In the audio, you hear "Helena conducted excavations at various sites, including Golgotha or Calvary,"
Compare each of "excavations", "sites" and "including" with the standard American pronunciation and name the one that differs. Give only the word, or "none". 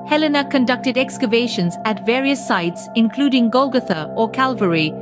none